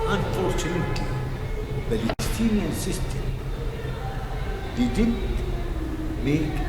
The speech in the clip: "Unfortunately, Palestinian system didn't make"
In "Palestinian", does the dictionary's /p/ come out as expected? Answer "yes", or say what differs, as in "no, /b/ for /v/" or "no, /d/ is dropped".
no, /b/ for /p/